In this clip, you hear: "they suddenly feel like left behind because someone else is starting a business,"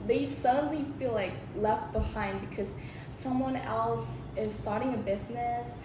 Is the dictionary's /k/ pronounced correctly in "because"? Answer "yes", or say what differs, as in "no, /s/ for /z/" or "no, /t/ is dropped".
yes